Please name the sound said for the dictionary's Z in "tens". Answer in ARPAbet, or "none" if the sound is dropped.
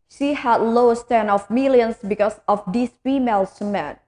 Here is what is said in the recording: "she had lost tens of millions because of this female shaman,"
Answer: none